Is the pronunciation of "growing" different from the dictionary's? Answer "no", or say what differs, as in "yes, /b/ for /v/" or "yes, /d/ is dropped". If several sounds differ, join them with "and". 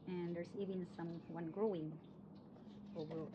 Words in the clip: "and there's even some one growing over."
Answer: no